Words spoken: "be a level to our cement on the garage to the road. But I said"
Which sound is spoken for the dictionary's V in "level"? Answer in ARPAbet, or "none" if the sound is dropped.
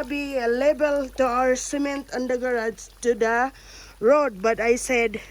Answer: B